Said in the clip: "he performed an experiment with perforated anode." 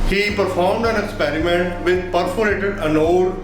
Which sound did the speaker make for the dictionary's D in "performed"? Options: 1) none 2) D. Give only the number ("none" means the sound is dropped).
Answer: 2